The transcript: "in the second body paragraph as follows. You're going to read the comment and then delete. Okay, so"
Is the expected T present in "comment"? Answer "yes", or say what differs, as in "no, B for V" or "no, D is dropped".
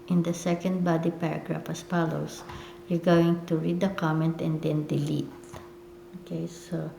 yes